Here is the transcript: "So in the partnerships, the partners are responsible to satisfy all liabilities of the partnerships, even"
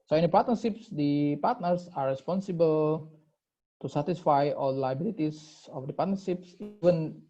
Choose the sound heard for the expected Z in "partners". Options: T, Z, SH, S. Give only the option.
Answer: S